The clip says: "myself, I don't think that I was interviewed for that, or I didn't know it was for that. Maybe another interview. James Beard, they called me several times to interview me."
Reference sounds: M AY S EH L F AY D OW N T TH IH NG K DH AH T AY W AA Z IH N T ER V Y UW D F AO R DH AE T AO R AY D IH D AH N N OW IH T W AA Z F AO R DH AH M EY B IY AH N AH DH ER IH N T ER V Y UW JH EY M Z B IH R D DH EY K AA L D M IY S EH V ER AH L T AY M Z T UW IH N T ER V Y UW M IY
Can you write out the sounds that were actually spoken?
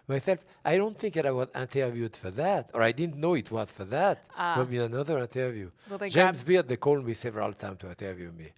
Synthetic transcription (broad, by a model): M AY S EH L F AY D OW N T TH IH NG K DH AH T AY W AA Z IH N T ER V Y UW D F AO R DH AE T AO R AY D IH D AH N N OW IH T W AA Z F AO R DH AH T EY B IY AH N AH DH ER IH N T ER V Y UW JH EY M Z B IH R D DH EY K AA L D M IY S EH V ER AH L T AY M T UW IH N T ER V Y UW M IY